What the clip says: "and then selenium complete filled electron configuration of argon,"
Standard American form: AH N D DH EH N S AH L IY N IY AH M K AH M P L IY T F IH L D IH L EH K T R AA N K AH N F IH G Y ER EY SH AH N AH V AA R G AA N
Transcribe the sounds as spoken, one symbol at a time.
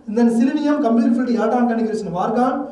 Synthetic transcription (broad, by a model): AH N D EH N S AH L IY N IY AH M K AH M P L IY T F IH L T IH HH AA T AA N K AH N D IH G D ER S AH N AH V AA R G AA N